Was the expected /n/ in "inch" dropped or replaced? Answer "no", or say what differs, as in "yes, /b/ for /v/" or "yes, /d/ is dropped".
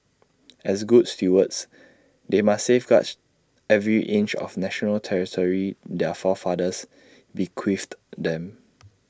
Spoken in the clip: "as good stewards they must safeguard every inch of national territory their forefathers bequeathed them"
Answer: no